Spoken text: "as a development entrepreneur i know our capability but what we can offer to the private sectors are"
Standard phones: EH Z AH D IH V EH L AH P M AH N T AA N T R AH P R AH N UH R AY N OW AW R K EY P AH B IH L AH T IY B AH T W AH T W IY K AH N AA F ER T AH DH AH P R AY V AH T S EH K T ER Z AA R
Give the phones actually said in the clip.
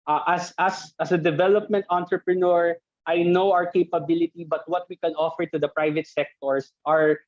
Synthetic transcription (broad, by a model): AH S AH D IH V EH L AH P M AH N T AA N T R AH P R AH N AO R AY N OW AW R K EY P AH B IH L AH T IY B AH T W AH T W IY K AH N AA F ER T AH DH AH P R AY V AH T S EH K T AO S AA R